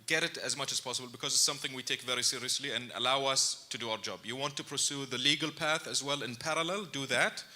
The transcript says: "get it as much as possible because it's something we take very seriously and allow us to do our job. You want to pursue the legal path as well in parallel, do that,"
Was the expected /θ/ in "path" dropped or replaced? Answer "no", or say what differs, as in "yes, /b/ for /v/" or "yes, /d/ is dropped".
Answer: no